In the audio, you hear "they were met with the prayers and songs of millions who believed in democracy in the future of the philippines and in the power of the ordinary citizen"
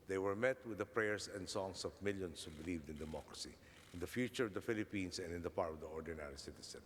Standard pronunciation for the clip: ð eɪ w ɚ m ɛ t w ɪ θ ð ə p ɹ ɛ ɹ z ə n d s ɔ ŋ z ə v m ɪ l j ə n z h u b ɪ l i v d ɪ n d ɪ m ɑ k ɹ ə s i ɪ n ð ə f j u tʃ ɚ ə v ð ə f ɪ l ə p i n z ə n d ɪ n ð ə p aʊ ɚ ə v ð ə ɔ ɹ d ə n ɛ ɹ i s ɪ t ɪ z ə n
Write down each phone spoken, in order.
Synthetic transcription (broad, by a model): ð eɪ w ɚ m ɛ t w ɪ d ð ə p ɹ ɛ ɹ s ə n d s ɔ ŋ s ə v m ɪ l j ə n s h u b ɪ l i v d ɪ n d ɪ m ɑ k ɹ ə s i ɪ n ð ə f j u tʃ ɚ ə v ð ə f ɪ l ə p i n s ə n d ɪ n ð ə p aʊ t ə v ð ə ɔ ɹ d ə n ɛ ɹ i s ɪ t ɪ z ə n